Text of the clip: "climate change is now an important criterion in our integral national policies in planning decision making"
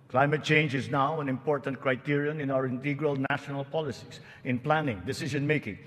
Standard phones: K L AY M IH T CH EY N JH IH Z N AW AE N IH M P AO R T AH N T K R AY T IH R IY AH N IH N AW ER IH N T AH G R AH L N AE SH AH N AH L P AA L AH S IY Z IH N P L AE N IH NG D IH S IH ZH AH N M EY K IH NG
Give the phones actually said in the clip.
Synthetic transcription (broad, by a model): K L AY M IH T CH EY N JH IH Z N AW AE N IH M P AO R T AH N T K R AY T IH R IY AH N IH N AW ER IH N T AH G R AH L N AE SH AH N AH L P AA L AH S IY S IH N P L AE N IH NG D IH S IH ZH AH N M EY K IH NG